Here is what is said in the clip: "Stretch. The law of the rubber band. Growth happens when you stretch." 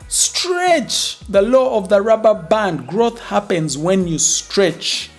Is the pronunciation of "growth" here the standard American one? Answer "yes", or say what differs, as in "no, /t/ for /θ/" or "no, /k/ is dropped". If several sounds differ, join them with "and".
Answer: yes